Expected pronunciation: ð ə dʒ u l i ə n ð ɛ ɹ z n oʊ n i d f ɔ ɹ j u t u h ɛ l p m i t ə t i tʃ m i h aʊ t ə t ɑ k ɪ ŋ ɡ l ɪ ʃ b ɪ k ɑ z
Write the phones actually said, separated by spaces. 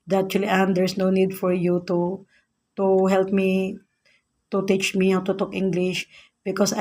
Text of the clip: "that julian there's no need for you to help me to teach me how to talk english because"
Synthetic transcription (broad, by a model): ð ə tʃ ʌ l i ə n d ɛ ɹ s n oʊ n i d f ɔ ɹ j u t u h ɛ l p m i t ə t i tʃ m i h aʊ t ə t ɑ k ɪ ŋ ɡ l ɪ ʃ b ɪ k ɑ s